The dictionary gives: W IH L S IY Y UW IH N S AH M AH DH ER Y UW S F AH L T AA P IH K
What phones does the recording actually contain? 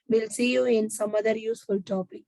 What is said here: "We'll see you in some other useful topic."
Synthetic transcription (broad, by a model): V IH L S IY Y UW IH N S AH M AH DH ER Y UW S F AH L T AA P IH K